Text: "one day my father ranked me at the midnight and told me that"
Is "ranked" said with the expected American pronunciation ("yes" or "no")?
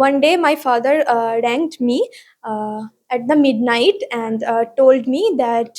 yes